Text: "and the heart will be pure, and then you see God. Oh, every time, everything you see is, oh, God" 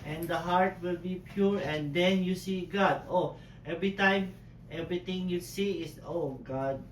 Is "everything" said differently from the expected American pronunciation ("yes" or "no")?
yes